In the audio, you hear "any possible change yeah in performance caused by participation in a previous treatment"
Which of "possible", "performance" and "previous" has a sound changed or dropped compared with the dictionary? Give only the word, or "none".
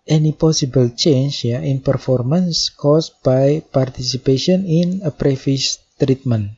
previous